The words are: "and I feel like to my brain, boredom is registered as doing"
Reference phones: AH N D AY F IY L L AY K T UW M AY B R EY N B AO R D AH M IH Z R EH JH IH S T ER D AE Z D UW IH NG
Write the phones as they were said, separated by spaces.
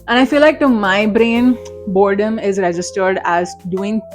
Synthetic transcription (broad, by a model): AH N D AY F IY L L AY K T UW M AY B R EY N B AO R D AH M IH Z R EH JH IH S T ER D AE Z D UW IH NG